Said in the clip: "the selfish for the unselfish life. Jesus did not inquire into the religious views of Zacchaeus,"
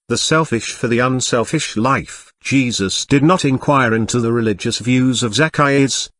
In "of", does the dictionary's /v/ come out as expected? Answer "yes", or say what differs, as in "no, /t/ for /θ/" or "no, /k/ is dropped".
yes